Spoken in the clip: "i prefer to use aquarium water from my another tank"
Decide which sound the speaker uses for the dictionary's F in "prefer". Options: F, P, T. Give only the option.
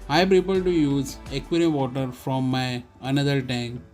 P